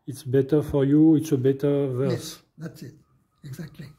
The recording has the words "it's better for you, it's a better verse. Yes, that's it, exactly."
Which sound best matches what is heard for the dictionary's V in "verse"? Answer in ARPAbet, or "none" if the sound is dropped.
V